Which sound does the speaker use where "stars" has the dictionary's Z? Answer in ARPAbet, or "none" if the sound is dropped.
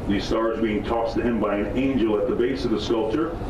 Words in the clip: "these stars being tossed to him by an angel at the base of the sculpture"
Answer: Z